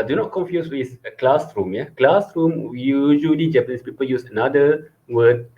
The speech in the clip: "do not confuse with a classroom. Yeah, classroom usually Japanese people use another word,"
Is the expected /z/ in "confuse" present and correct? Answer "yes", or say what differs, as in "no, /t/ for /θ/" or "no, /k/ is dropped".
no, /s/ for /z/